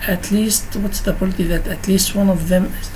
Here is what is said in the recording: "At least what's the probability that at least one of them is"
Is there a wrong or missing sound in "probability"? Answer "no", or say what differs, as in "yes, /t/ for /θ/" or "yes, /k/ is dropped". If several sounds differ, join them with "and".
yes, /ɹ/ is dropped